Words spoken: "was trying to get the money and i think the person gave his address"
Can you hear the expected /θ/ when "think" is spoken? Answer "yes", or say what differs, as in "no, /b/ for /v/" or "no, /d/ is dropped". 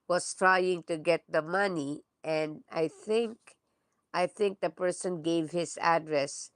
yes